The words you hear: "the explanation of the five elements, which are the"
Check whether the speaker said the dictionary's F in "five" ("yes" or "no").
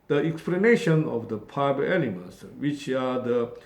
no